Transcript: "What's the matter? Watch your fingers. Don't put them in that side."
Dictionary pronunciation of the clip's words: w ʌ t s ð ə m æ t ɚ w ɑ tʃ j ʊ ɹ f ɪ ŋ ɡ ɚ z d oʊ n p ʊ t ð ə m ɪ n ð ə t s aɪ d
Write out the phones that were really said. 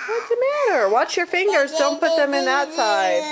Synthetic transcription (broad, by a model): w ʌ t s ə m æ t ɚ w ɑ tʃ j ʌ ɹ f ɪ ŋ ɡ ɚ z d oʊ n p ʊ t ð ə m ɪ n ð ə t s aɪ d